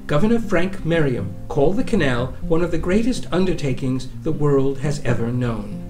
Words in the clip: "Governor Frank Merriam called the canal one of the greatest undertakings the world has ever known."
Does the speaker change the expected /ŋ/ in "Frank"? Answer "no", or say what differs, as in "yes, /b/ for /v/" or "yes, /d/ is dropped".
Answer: no